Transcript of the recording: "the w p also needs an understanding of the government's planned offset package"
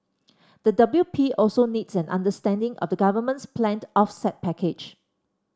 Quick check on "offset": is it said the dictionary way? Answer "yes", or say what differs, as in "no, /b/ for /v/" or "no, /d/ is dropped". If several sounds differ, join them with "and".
yes